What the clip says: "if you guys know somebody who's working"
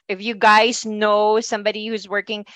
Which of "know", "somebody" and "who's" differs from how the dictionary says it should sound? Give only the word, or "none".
none